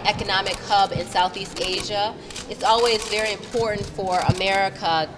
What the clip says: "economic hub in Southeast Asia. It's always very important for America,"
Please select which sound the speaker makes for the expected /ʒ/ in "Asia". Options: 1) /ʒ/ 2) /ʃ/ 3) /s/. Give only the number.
1